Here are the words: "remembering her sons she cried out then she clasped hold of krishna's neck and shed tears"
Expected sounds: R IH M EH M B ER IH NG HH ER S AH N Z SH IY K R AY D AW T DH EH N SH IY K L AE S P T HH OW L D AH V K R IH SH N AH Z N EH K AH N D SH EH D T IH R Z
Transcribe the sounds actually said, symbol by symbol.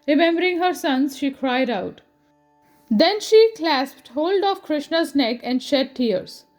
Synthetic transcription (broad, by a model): R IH M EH M B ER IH NG HH ER S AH N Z SH IY K R AY D AW T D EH N SH IY K L AE S P T HH OW L D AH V K R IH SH N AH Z N EH K AH N D SH EH D T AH R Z